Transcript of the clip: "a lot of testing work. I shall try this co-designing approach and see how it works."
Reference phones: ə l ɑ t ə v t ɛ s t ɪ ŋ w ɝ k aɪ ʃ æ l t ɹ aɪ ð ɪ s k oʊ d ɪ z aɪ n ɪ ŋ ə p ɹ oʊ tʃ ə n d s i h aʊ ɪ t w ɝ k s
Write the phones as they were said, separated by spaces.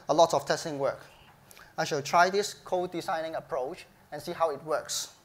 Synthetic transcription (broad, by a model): ə l ɑ t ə f t ɛ s t ɪ ŋ w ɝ k aɪ ʃ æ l t ɹ aɪ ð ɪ s k oʊ d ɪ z aɪ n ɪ ŋ ə p ɹ oʊ tʃ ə n s i h aʊ ɪ t w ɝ k s